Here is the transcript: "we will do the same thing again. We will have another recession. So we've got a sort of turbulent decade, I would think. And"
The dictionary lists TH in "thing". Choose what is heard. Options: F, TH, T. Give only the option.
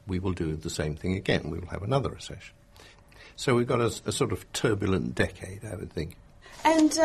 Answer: TH